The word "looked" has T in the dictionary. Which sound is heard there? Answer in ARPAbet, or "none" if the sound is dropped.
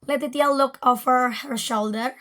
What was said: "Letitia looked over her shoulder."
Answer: none